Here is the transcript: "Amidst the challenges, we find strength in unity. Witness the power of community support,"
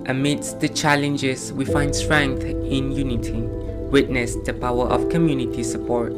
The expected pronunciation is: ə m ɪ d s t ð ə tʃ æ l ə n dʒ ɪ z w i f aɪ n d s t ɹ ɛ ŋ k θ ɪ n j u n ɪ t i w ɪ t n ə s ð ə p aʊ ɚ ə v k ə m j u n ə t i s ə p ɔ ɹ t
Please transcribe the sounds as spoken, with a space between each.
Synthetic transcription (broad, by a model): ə m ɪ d s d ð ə tʃ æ l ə n dʒ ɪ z w i f aɪ n d s t ɹ ɛ ŋ k θ ɪ n j u n ɪ t i w ɪ t n ə s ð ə p aʊ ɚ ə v k ə m j u n ə t i s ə p ɔ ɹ t